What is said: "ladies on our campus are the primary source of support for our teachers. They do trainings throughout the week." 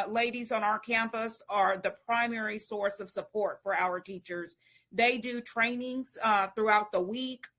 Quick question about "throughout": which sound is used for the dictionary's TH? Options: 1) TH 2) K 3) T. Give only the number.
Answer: 1